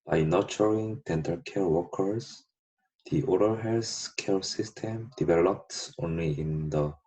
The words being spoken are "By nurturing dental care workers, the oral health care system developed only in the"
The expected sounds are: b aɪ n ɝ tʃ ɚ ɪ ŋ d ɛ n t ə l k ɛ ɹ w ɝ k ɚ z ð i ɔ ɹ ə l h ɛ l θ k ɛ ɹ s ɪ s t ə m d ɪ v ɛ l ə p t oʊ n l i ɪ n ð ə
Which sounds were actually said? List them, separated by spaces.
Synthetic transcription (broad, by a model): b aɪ n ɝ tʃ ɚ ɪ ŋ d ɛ n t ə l k ɛ ɹ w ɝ k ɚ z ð i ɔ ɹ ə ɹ h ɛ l s k ɛ ɹ s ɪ s t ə m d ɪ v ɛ l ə p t oʊ n l i ɪ n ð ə